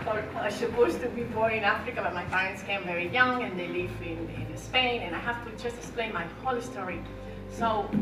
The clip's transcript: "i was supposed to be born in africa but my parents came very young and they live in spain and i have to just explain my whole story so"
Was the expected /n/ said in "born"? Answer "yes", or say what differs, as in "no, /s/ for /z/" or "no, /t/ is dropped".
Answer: no, /n/ is dropped